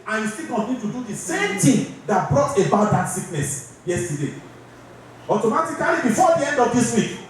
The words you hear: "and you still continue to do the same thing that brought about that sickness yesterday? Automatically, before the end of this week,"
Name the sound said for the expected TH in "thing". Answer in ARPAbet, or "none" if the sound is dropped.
T